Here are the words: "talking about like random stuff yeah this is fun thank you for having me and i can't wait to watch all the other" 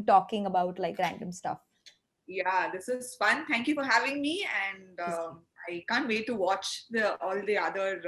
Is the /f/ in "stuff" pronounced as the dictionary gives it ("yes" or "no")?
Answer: yes